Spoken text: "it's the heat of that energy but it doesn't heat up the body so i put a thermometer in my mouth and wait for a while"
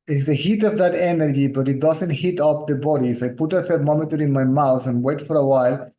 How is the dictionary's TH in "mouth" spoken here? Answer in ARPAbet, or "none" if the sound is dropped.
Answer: T